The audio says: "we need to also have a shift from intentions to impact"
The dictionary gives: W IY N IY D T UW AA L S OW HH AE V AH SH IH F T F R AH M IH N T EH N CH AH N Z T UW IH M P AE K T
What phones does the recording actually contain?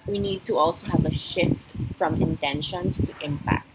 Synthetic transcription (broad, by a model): W IY N IY D T UW AA L S OW HH AE V AH SH IH F T F R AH M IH N T EH N SH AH N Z T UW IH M P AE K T